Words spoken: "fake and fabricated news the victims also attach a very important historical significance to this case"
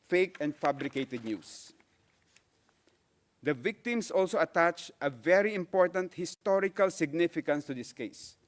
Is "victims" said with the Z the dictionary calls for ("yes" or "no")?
no